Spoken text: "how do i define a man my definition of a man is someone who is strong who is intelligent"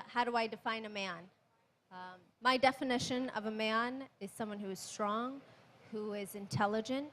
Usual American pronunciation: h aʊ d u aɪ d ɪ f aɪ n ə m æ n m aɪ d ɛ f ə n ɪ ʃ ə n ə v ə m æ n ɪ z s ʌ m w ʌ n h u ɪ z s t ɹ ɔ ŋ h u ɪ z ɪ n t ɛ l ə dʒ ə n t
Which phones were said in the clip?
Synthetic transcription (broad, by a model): h aʊ d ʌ aɪ d ɪ f aɪ n ə m æ n m aɪ d ɛ f ə n ɪ ʃ ə n ə v ə m æ n ɪ z s ʌ m w ʌ n h u ɪ z s t ɹ ɔ ŋ h u ɪ z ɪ n t ɛ l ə dʒ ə n t